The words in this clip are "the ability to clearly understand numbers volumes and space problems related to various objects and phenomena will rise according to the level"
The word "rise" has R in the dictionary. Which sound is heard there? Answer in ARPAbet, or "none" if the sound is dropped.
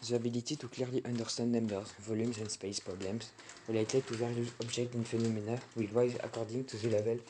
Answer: W